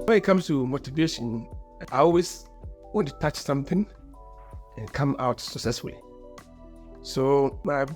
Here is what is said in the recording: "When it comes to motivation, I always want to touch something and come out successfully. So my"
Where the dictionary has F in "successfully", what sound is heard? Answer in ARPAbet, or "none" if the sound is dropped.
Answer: F